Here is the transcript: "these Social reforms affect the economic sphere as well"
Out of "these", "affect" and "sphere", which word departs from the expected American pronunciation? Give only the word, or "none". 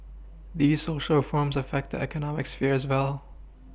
none